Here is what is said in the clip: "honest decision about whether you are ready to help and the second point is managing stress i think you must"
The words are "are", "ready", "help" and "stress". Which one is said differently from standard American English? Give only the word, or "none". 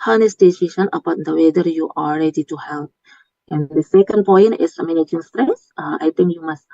are